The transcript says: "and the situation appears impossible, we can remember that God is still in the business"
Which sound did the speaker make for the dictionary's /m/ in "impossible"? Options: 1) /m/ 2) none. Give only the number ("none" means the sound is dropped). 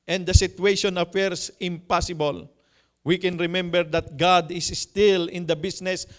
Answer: 1